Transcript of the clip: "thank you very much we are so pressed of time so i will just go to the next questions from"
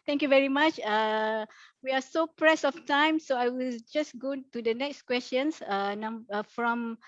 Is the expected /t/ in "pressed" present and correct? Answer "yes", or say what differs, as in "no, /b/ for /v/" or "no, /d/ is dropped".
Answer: no, /t/ is dropped